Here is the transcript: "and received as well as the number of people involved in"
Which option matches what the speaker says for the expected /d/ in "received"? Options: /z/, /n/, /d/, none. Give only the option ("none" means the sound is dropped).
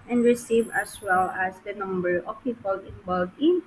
none